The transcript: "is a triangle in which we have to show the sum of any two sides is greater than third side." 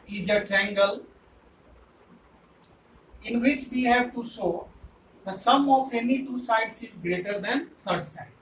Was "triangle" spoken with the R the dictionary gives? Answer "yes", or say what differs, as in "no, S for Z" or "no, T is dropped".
no, R is dropped